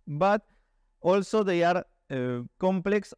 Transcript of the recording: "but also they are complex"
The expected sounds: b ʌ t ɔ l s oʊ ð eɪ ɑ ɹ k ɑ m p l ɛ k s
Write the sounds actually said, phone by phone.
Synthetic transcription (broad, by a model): b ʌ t ɔ l s oʊ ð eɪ ɑ ɹ k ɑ m p l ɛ k s